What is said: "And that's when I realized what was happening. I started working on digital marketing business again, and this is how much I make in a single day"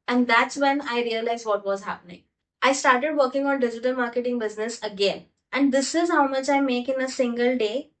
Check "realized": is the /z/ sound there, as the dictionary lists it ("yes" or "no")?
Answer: yes